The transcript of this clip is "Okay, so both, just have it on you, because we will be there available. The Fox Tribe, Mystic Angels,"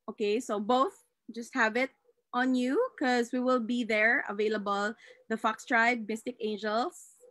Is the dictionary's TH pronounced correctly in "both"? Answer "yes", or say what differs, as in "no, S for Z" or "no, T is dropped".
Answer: yes